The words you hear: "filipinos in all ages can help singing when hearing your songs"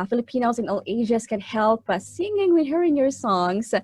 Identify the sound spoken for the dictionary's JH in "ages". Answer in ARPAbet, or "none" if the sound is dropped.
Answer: ZH